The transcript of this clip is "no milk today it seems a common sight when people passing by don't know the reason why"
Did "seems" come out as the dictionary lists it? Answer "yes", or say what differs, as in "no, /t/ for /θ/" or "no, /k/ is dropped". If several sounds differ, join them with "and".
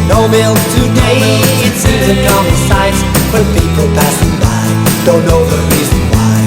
no, /m/ is dropped